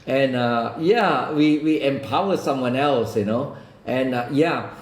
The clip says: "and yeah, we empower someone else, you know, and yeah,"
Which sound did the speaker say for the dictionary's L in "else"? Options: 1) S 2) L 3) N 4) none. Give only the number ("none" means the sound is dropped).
2